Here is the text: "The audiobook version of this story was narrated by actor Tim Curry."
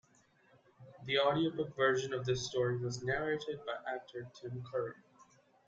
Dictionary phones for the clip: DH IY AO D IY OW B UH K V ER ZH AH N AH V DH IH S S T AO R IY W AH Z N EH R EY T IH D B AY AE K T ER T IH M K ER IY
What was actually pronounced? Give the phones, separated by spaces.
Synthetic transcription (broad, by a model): DH IY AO D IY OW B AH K V ER ZH AH N AH V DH IH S S T AO R IY W AH Z N EH R EY T IH D B AY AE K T ER T IH M K ER IY